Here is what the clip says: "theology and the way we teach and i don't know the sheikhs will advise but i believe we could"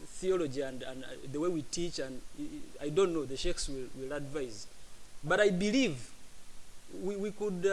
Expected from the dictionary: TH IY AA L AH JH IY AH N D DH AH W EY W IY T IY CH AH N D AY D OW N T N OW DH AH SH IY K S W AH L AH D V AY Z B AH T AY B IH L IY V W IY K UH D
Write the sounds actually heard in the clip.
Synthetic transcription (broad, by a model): TH IY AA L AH JH IY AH N D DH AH W EY W IY T IY CH AH N D AY D OW N T N OW DH AH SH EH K S W AH L AH D V AY Z B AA T AY B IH L IY V W IY K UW D